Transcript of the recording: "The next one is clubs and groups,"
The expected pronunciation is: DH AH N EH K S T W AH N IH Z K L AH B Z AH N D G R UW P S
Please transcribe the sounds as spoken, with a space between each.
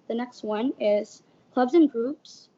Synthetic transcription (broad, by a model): DH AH N EH K S T W AH N IH Z K L AH B Z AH N G R UW P S